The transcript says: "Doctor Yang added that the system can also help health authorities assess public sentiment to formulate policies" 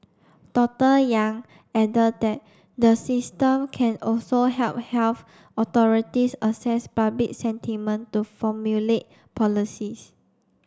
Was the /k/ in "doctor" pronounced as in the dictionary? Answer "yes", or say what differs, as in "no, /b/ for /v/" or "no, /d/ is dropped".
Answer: no, /k/ is dropped